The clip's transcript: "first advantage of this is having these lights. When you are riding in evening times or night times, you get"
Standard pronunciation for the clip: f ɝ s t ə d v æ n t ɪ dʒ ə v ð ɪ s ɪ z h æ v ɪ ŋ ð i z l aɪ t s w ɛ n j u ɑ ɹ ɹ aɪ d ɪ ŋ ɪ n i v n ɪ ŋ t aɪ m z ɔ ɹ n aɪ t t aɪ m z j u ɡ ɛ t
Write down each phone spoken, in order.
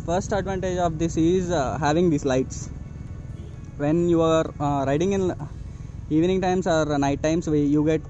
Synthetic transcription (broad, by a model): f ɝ s t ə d v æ n t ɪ dʒ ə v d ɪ s ɪ z h æ v ɪ ŋ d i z l aɪ t s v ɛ n j u ɑ ɹ ɹ aɪ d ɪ ŋ ɪ n i v n ɪ ŋ t aɪ m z ɔ ɹ n aɪ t t aɪ m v j u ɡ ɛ t